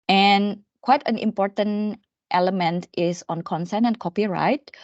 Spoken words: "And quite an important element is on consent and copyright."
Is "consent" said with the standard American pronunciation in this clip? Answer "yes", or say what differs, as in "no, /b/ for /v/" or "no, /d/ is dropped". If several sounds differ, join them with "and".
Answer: no, /t/ is dropped